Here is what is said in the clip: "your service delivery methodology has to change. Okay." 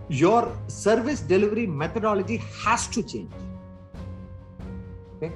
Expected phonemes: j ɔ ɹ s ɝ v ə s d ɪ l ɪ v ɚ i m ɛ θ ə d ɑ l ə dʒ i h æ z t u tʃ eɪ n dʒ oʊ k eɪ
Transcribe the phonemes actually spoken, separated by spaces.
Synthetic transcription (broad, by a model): j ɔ ɹ s ɝ v ə s d ɪ l ɪ v ɚ i m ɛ t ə d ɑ l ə dʒ i h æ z t u tʃ eɪ n dʒ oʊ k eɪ